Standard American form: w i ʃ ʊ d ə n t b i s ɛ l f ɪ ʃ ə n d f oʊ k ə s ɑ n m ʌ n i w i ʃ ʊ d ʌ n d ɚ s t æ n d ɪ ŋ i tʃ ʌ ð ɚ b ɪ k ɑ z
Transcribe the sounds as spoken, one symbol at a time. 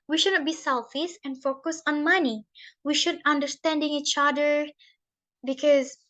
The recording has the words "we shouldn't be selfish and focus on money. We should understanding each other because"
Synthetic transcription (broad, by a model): w i ʃ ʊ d n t b i s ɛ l f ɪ s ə n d f oʊ k ə s ɑ n m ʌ n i w i ʃ ʊ d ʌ n d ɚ s t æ n d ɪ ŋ i tʃ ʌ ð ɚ b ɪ k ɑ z